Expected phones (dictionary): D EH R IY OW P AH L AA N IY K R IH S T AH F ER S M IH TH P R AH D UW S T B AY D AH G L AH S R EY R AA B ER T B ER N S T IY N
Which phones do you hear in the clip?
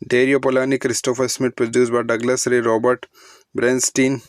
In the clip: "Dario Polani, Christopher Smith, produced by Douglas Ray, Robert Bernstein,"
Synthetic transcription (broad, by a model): D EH R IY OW P AH L AA N IY K R IH S T AH F ER S M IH T P R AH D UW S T B AY D AH G L AH S R EY R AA B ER T B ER N S T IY N